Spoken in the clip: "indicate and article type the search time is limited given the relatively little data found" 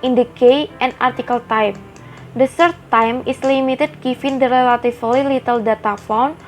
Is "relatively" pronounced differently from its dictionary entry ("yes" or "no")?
yes